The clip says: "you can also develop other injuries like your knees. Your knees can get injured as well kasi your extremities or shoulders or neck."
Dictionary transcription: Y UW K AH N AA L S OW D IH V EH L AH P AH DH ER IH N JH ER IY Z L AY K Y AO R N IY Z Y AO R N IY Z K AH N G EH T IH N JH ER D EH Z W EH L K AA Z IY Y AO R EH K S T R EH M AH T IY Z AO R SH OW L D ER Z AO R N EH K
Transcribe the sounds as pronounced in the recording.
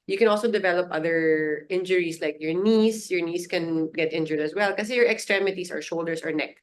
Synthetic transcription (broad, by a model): Y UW K AH N AA L S OW D IH V EH L AH P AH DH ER IH N JH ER IY S L AY K Y AO R N IY S Y AO R N IY S K AH N G EH T IH N JH ER D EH S W EH L K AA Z Y AO R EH K S T R EH M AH T IY S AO R SH OW L D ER S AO R N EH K